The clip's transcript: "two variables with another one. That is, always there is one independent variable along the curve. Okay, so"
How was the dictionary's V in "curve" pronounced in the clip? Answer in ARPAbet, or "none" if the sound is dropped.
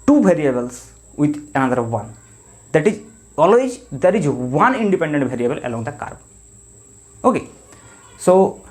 B